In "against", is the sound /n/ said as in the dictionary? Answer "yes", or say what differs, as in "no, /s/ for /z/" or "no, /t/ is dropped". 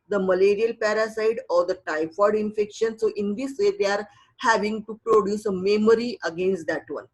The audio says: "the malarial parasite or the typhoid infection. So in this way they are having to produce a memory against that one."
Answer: yes